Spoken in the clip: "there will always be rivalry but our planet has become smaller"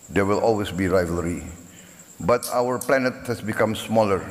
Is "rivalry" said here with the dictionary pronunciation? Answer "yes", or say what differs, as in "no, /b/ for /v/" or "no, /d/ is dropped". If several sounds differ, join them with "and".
yes